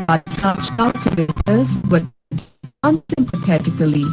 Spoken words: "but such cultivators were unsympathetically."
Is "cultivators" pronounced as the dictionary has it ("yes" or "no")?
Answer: no